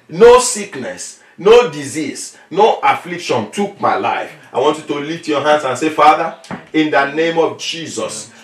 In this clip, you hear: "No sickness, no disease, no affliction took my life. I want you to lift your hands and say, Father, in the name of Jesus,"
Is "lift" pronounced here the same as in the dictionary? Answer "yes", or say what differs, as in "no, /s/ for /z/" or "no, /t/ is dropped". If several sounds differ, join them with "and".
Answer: no, /f/ is dropped